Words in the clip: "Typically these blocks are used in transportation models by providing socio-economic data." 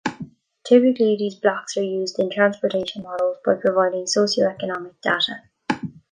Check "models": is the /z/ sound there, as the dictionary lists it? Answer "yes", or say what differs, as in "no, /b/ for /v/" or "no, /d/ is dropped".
yes